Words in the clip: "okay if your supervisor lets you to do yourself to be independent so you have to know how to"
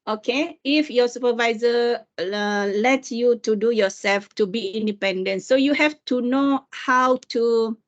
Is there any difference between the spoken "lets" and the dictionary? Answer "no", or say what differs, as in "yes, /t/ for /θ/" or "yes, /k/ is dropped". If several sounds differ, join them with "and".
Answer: yes, /s/ is dropped